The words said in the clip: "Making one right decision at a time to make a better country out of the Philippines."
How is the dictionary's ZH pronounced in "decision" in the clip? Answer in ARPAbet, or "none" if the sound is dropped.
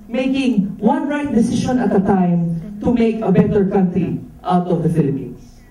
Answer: SH